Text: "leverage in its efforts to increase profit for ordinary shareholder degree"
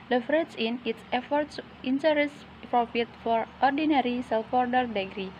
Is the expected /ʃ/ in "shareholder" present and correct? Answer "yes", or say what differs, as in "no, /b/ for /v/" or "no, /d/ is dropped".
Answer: no, /s/ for /ʃ/